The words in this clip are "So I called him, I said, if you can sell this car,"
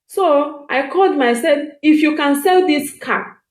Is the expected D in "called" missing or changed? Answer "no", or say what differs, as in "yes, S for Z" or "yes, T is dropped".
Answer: no